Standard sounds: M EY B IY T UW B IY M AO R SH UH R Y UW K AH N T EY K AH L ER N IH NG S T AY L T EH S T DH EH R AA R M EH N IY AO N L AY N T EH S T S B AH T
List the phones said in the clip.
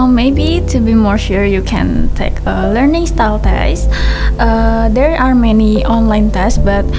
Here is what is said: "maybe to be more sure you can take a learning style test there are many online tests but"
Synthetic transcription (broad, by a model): M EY B IY T UW B IY M AO R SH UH R Y UW K AH N T EY K AH L ER N IH NG S T AY L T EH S T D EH R AA R M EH N IY AO N L AY N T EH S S B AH T